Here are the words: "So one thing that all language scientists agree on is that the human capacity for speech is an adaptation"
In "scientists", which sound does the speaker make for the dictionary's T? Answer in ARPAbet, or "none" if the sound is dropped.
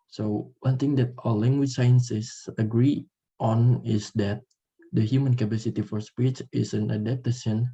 S